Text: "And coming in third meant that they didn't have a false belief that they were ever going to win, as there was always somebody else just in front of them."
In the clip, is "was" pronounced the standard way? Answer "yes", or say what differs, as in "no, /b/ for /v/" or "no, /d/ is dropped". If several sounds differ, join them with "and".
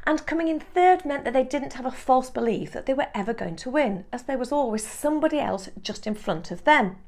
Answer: yes